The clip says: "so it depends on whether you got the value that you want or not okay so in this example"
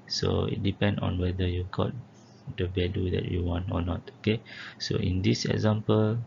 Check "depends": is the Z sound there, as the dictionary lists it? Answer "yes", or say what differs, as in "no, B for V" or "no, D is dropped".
no, Z is dropped